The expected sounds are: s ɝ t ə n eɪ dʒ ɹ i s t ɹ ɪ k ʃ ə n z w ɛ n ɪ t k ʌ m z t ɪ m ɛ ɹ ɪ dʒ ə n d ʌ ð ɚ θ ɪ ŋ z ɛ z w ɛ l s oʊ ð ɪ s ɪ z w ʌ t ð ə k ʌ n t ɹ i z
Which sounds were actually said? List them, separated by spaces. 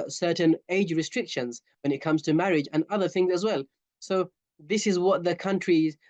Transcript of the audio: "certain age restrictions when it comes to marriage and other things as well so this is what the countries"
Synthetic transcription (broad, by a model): s ɝ t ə n eɪ dʒ ɹ i s t ɹ ɪ k ʃ ə n z w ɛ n ɪ t k ʌ m z t ɪ m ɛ ɹ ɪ dʒ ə n ʌ ð ɚ θ ɪ ŋ z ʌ z w ɛ l s oʊ ð ɪ s ɪ z w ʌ t ð ə k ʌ n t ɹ i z